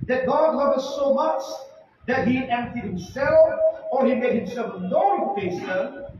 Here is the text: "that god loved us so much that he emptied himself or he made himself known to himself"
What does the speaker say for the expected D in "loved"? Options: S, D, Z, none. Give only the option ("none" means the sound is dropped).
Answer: none